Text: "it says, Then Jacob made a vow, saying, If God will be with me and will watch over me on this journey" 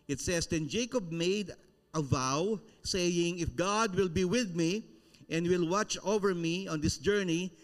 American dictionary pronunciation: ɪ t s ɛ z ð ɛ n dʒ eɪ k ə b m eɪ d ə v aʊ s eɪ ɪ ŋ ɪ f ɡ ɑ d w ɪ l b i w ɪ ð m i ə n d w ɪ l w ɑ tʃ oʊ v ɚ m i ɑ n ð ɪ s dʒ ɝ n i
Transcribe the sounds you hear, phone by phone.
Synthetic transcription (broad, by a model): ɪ t s ɛ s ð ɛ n dʒ eɪ k ə b m eɪ d ə v aʊ s eɪ ɪ ŋ ɪ f ɡ ɑ d w ɪ l b i w ɪ ð m i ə n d w ɪ l w ɑ tʃ oʊ v ɚ m i ɑ n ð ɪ s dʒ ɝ n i